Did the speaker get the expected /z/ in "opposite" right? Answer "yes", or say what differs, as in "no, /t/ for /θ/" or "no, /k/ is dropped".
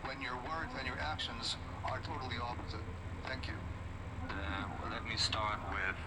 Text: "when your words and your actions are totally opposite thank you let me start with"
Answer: yes